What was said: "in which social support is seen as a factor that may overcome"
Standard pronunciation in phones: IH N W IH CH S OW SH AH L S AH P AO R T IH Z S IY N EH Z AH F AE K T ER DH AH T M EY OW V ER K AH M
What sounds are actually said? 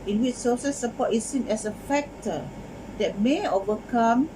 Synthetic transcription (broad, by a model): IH N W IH CH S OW S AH S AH P AO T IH S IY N EH S AH F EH K T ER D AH T M EY OW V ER K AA M